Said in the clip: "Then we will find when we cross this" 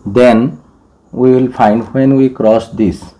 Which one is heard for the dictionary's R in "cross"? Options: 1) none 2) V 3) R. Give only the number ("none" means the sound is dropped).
3